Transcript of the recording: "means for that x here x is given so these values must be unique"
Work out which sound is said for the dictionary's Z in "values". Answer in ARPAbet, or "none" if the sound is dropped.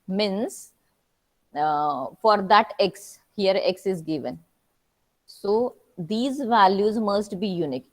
Z